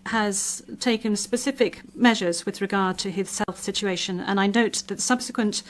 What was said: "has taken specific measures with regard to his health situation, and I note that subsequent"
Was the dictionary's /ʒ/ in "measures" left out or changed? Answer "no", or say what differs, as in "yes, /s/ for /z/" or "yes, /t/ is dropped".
no